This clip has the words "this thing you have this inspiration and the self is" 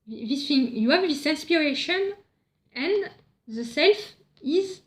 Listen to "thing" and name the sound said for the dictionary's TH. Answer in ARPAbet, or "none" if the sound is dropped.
F